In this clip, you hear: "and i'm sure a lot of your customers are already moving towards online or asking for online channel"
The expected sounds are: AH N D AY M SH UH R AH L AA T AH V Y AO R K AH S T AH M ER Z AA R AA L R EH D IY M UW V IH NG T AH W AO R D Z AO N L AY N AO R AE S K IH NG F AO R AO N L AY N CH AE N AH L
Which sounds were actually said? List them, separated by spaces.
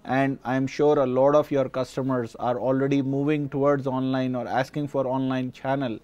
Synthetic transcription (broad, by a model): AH N D AY M SH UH R AH L AA T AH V Y AO R K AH S T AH M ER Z AA R AA L R EH D IY M UW V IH NG T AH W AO R D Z AO N L AY N AO R AE S K IH NG F AO R AO N L AY N CH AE N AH L